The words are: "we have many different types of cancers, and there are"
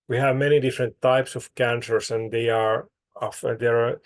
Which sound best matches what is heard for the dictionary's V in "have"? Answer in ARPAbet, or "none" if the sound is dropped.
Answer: V